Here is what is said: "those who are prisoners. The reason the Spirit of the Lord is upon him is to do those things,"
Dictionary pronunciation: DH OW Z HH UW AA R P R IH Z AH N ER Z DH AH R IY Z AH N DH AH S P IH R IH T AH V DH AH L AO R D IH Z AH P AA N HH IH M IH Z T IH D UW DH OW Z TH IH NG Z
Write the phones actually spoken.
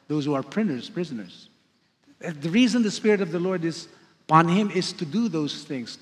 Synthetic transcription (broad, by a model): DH OW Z HH UW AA R P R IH Z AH N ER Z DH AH R IY Z AH N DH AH S P IH R IH T AH V DH AH L AO R D IH Z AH P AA N HH IH M IH Z T IH D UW DH OW Z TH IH NG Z